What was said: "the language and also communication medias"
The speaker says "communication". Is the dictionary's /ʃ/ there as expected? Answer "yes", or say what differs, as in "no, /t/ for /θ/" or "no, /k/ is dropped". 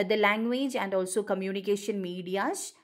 yes